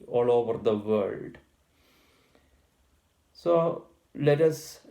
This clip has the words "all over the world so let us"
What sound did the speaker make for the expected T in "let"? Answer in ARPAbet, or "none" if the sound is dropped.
T